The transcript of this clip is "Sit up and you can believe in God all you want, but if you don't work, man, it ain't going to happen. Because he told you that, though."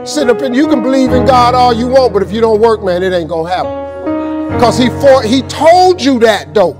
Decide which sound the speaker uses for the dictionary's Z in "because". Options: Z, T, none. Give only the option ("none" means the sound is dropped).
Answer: none